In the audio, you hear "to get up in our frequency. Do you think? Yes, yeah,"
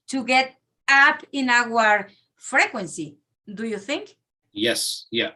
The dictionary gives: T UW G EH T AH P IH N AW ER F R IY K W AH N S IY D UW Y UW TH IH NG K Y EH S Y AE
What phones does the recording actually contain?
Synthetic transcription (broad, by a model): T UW G EH T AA P IH N AW ER F R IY K W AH N S IY D UW Y UW TH IH NG K Y EH S Y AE